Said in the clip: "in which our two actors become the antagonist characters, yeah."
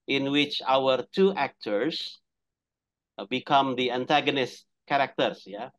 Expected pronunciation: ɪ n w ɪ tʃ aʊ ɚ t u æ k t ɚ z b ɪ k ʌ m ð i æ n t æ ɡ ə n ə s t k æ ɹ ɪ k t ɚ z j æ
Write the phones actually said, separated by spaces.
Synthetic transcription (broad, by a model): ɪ n w ɪ tʃ aʊ ɚ t u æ k t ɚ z b ɪ k ʌ m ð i æ n t æ ɡ ə n ə s t k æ ɹ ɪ k t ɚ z j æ